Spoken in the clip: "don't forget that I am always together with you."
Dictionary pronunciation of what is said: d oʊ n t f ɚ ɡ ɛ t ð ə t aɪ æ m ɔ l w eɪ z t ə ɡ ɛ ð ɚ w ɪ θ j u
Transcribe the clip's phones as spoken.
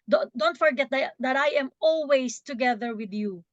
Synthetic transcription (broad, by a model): d oʊ n t f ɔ ɡ ɛ t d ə t aɪ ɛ m ɔ l w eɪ s t ə ɡ ɛ ð ɚ w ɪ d j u